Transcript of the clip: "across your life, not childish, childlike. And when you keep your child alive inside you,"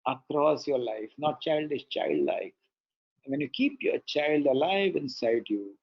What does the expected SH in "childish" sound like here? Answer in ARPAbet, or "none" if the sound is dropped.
S